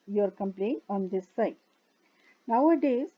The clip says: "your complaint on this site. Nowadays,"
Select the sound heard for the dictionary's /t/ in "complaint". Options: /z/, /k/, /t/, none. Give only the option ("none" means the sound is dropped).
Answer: none